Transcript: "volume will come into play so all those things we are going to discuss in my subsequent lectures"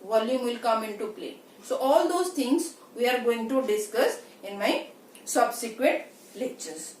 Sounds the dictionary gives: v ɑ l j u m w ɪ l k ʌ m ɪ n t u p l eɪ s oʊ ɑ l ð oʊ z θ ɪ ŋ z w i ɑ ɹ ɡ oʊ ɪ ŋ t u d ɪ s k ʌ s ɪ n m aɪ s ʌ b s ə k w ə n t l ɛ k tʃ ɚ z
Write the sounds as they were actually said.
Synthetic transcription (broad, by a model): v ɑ l j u m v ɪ l k ʌ m ɪ n t u p l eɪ s oʊ ɑ l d oʊ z t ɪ ŋ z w i ɑ ɹ ɡ oʊ ɪ ŋ t u d ɪ s k ʌ s ɪ n m aɪ s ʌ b s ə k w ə t l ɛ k tʃ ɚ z